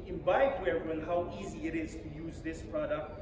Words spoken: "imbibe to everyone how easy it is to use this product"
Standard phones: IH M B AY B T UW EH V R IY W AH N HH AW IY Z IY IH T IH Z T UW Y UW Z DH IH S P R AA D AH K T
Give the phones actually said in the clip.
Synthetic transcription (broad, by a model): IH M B AY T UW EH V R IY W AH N HH AW IY Z IY IH T IH Z T UW Y UW Z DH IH S P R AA D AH K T